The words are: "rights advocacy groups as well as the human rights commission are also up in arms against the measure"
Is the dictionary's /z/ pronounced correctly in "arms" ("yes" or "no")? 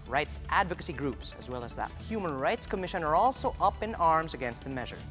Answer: yes